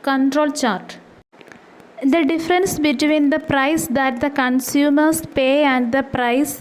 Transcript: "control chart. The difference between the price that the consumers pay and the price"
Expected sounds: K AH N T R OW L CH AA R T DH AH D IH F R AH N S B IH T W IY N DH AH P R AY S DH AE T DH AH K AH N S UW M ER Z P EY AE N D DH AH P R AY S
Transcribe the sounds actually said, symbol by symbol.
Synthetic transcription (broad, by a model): K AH N T R OW L CH AA R T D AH D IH F R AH N S B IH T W IY N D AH P R AY S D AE T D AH K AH N S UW M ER S P EY AE N D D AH P R AY S